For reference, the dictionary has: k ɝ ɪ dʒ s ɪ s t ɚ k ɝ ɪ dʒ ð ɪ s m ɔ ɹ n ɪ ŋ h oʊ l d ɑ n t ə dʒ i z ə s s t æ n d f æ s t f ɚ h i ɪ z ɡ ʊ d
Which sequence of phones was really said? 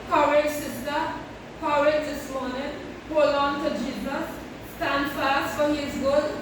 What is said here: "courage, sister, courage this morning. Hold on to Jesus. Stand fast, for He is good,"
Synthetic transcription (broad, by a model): k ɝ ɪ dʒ s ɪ s t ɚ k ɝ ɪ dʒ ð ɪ s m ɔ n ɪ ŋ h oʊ l ɑ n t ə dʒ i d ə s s t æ n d f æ s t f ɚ h i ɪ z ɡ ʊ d